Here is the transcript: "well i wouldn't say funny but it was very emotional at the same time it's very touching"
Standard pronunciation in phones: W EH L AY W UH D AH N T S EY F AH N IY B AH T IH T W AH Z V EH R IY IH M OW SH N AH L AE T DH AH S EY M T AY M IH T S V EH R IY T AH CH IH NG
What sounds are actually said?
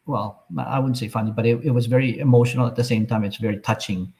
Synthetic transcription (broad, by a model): W EH L AY W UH D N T S EY F AH N IY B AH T IH T W AH Z V EH R IY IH M OW SH N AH L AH T DH AH S EY M T AY M IH T S V EH R IY T AH CH IH NG